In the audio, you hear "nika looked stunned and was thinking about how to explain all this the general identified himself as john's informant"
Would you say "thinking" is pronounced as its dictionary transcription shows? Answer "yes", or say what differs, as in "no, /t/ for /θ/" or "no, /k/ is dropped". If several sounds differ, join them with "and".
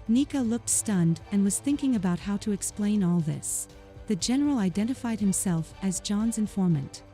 yes